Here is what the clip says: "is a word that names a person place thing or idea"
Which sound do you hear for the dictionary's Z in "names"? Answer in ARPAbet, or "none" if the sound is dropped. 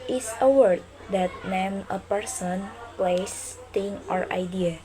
none